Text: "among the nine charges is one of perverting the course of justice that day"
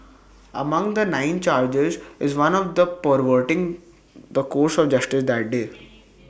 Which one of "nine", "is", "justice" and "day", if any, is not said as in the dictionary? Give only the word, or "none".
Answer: none